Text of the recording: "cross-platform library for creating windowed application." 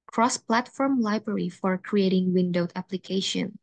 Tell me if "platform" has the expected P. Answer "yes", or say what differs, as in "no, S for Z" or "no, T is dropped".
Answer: yes